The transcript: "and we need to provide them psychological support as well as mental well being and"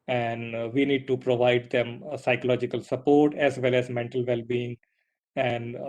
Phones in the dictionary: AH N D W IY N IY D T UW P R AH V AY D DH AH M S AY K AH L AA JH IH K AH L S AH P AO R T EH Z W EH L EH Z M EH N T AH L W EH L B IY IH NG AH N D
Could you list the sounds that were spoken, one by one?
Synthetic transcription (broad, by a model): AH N D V IY N IY D T UW P R AH V AY D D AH M S AY K AH L AA JH IH K AH L S AH P AO R T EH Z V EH L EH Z M EH N T AH L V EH L B IY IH NG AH N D